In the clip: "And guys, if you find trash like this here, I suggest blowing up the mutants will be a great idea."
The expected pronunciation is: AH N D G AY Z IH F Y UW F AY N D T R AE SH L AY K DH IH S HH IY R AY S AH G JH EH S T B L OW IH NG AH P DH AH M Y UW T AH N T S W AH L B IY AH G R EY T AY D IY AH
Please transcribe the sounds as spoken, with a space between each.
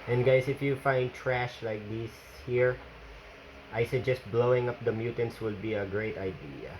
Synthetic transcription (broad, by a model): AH N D G AY S IH F Y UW F AY N D T R AE SH L AY K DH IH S HH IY R AY S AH JH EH S T B L OW IH NG AH P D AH M Y UW T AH N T S W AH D B IY AH G R EY T AY D IY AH